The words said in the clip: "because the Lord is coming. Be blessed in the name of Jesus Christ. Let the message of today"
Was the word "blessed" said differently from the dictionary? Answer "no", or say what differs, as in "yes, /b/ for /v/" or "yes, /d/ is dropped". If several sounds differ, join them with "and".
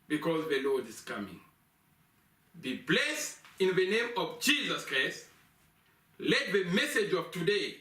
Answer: yes, /t/ is dropped